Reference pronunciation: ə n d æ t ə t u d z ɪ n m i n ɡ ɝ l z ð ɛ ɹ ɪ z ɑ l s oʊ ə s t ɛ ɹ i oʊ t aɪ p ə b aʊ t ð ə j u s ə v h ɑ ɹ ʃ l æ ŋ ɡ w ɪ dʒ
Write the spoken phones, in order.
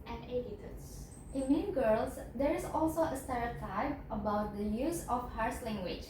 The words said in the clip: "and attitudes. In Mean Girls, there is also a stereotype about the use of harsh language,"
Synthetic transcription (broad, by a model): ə n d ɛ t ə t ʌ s ɪ n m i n ɡ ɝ l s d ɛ ɹ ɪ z ɑ l s oʊ ə s t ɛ ɹ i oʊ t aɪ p ə b aʊ t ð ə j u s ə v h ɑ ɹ s l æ ŋ ɡ w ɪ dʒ